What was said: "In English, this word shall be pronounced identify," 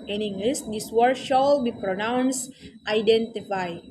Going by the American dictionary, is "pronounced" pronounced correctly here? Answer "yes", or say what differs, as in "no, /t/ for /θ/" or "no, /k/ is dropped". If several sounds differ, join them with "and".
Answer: yes